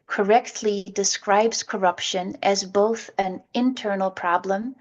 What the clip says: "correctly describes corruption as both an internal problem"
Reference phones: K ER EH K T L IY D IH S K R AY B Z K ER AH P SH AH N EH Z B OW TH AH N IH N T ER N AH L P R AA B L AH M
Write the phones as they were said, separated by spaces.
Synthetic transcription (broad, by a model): K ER EH K T L IY D IH S K R AY B Z K ER AH P SH AH N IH Z B OW TH AH N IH N T ER N L P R AA B L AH M